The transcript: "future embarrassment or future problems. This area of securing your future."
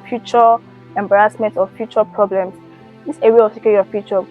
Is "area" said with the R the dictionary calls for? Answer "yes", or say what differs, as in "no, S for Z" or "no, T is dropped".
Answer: no, W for R